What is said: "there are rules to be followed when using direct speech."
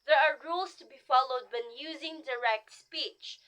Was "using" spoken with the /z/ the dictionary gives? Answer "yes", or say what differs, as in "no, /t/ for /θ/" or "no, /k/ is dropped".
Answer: yes